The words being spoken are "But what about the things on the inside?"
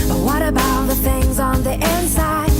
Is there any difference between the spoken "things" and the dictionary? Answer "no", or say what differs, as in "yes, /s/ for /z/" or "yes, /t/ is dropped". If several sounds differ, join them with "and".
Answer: no